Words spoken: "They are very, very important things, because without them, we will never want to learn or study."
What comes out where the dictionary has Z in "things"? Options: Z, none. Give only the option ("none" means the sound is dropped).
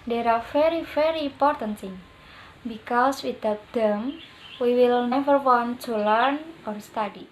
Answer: none